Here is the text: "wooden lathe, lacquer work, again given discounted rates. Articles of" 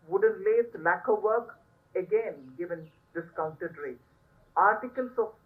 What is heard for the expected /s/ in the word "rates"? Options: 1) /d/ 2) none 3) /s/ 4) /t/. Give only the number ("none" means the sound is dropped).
2